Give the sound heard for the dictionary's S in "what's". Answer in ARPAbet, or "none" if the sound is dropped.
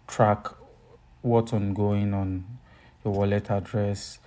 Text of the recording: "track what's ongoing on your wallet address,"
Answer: none